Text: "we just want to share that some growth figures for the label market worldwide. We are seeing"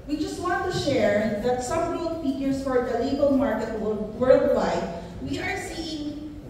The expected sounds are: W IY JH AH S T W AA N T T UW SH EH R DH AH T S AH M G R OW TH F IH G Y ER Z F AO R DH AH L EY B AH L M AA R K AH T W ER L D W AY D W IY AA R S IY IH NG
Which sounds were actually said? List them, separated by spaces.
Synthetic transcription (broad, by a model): W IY JH AH S T W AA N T T UW SH EH R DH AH T S AH M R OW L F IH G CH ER S F AO R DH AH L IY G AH L M AA R K AH T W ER W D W AY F W IY AA R S IY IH NG